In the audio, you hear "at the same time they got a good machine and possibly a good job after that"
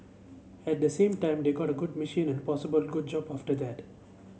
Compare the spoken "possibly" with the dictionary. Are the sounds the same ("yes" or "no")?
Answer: no